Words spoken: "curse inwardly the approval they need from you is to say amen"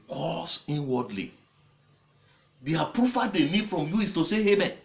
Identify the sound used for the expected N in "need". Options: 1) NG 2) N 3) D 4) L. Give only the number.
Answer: 4